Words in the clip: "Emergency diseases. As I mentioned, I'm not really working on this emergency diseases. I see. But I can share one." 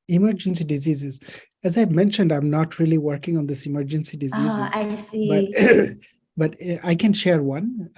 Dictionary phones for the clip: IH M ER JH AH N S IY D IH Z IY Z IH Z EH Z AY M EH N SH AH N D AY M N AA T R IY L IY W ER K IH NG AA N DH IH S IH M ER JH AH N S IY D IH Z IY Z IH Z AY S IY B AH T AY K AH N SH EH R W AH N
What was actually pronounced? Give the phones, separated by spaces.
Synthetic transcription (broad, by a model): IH M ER JH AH N S IY D IH Z IY Z IH Z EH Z AY M EH N SH AH N D AY M N AA T R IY L IY W ER K IH NG AA N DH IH S IH M ER JH AH N S IY D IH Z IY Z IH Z AY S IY B AH T AY K AH N SH EH R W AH N